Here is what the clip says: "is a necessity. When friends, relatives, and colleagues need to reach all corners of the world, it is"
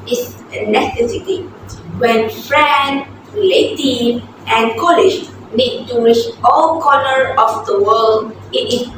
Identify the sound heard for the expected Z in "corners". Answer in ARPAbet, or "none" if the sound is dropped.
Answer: none